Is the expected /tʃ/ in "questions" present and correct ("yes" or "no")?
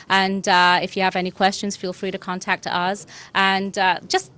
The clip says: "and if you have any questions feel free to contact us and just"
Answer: yes